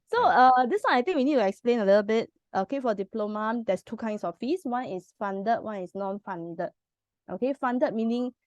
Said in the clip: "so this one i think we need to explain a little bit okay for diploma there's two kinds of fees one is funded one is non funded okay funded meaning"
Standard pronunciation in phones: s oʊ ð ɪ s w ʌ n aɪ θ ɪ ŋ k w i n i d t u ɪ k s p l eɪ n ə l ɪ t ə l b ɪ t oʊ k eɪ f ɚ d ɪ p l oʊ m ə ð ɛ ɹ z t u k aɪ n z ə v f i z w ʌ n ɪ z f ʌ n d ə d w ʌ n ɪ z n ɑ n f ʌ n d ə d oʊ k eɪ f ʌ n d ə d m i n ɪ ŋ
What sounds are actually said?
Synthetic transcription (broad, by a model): s oʊ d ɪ s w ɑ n aɪ t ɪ ŋ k w i n i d t u ɪ k s p l eɪ n ə l ɪ t ə l b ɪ t oʊ k eɪ f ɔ d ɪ p l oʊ m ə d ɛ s t u k aɪ n s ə f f i s w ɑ n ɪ s f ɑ n d ə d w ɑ n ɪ s n ɑ n f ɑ n d ə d oʊ k eɪ f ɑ n d ə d m i n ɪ ŋ